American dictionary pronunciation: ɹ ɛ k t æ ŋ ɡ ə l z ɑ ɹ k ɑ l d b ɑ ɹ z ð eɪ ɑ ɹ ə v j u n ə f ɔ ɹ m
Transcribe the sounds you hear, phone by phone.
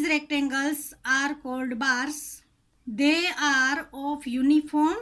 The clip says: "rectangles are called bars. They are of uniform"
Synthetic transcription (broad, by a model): ɹ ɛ k t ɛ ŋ ɡ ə l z ɑ ɹ k ɑ l d b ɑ ɹ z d eɪ ɑ ɹ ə p j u n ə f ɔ ɹ m